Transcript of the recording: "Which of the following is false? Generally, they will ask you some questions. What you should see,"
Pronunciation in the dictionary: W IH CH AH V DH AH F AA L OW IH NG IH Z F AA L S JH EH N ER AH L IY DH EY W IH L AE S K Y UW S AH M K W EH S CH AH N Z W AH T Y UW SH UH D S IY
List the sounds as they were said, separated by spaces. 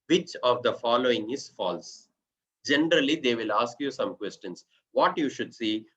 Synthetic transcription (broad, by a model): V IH CH AH V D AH F AA L OW IH NG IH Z F AA L S JH EH N ER AH L IY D EY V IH L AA S K Y UW S AH M K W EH S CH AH N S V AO T Y UW SH UH D S IY